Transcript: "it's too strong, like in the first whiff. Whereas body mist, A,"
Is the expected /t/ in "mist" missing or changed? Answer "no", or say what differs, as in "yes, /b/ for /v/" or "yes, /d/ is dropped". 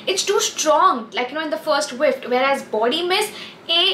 yes, /t/ is dropped